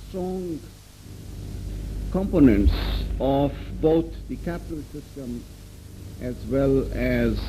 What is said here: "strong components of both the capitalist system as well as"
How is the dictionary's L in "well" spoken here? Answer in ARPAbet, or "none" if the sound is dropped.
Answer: L